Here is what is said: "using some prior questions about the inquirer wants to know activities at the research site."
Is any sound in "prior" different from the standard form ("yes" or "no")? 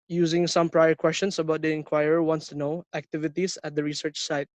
no